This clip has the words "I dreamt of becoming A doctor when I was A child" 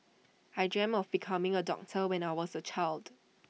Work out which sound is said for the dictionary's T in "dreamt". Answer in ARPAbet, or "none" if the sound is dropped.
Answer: none